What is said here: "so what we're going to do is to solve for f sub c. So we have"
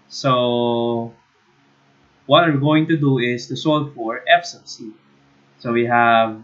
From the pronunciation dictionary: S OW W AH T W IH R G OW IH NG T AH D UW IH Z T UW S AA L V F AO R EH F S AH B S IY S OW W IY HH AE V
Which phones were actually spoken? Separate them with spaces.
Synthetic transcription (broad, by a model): S OW W AH T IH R G OW IH NG T AH D UW IH S T UW S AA L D F AO R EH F S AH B S IY S OW W IY HH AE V